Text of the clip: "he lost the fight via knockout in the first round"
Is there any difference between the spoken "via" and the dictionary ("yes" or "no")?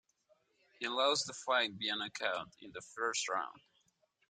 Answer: yes